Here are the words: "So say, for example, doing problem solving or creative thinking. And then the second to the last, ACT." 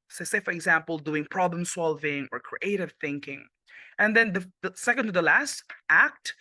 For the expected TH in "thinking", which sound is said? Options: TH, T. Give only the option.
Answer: TH